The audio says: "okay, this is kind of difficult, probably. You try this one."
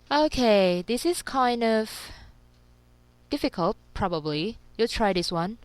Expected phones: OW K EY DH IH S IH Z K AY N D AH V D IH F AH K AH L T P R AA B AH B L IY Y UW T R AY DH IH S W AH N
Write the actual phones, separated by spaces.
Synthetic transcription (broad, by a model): OW K EY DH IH S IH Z K AY N D AH V D IH F AH K AH L T P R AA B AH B L IY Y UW T R AY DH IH S W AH N